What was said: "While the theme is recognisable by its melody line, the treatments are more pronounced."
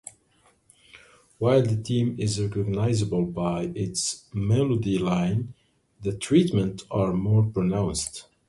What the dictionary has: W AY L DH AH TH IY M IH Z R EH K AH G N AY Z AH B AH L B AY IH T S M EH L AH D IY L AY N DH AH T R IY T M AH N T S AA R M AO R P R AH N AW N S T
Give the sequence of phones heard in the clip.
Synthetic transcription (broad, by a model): W AY L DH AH T IY M IH Z R EH K AH G N AY Z AH B AH L B AY IH T S M EH L AH D IY L AY N DH AH T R IY T M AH N T AA R M AO R P R AH N AW N S T